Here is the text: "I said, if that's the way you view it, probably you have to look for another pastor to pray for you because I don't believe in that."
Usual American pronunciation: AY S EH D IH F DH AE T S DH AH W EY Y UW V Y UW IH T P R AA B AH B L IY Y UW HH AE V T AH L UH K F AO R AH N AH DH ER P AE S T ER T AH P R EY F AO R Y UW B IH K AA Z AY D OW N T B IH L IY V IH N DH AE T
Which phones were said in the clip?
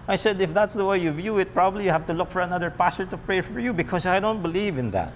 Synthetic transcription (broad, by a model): AY S EH D IH F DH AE T S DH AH W EY Y UW V Y UW IH T P R AA B AH B L IY Y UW HH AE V T AH L UH K F AO R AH N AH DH ER P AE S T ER T AH P R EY F AO R Y UW B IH K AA S AY D OW N T B IH L IY V IH N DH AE T